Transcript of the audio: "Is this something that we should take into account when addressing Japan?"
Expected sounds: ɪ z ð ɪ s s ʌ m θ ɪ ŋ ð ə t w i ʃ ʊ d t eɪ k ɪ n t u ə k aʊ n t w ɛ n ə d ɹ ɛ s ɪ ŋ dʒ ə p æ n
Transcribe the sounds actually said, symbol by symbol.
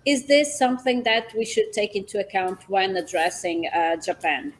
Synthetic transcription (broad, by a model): ɪ z ð ɪ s s ʌ m θ ɪ ŋ ð ə t w i ʃ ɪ d t eɪ k ɪ n t u ə k aʊ n t w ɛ n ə d ɹ ɛ s ɪ ŋ dʒ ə p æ n